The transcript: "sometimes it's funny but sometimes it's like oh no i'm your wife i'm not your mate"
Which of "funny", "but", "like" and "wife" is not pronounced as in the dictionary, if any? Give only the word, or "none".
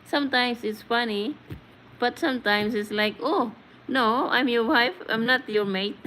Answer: none